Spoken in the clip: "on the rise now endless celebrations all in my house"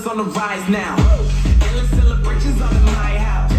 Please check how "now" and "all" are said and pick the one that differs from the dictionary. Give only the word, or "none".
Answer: all